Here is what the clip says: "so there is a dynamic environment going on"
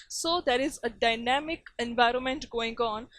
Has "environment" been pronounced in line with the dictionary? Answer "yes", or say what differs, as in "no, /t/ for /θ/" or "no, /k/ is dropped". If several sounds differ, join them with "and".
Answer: yes